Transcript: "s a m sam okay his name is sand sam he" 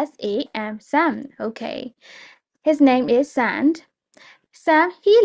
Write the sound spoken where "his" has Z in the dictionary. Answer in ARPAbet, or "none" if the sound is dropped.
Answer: Z